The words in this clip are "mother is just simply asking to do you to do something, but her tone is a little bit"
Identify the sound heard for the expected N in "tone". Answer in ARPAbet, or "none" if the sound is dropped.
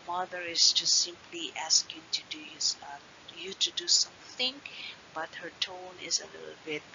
N